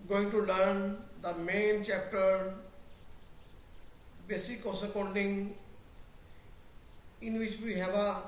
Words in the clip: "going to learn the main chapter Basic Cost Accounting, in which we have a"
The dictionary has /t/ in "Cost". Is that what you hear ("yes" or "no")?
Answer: no